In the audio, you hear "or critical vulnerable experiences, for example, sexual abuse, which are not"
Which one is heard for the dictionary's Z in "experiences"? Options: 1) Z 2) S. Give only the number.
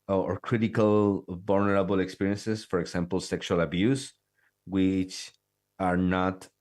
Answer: 2